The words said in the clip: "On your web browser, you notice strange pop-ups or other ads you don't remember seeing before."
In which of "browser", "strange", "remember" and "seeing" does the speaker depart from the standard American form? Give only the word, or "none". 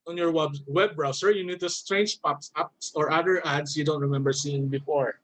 browser